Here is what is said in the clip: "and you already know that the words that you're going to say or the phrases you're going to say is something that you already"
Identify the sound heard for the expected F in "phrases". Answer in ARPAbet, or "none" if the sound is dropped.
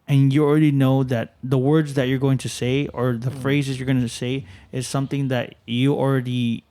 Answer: F